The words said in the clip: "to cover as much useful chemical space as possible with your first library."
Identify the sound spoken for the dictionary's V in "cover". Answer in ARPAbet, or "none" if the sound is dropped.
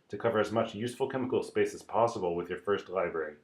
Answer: V